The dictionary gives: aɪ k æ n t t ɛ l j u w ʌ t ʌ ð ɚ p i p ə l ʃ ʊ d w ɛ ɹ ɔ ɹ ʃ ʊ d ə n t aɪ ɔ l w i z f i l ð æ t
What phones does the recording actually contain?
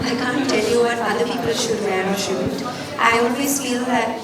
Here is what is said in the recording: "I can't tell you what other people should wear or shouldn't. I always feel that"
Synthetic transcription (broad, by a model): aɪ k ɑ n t t ɛ l j u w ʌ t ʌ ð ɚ p i p ə l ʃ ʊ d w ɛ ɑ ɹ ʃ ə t t aɪ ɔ n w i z f i l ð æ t